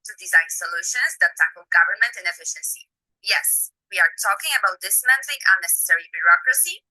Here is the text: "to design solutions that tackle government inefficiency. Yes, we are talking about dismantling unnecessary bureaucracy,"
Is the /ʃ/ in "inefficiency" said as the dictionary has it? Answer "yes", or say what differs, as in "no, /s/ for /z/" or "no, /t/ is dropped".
yes